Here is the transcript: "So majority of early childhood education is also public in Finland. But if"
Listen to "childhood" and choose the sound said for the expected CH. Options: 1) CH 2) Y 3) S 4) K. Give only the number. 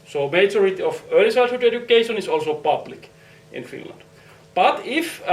3